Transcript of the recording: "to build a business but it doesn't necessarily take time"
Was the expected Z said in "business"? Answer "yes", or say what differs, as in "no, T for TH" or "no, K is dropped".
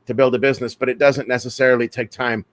yes